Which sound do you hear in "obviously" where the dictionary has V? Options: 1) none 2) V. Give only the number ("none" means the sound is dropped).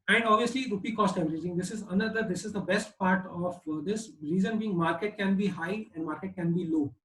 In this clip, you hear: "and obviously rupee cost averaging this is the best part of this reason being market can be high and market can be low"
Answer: 2